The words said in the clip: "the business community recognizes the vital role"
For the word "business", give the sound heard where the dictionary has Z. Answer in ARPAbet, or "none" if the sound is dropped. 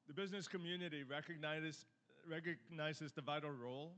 Z